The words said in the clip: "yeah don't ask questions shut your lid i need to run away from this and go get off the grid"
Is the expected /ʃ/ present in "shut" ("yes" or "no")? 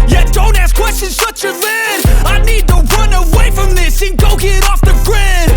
no